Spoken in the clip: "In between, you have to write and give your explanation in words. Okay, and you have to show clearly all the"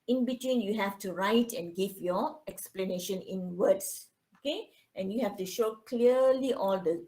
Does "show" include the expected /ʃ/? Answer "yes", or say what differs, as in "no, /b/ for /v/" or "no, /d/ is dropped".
yes